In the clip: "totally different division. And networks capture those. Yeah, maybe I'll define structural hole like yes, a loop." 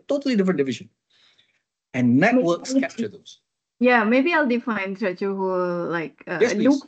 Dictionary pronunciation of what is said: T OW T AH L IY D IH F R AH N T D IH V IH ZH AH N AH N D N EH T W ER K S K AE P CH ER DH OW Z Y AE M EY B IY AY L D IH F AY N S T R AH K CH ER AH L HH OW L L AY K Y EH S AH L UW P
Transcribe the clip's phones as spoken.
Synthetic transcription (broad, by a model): T OW T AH L IY D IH F R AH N D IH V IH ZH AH N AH N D N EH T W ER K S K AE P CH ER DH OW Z Y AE M EY B IY AY L D IH F AY N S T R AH CH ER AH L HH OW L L AY K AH AH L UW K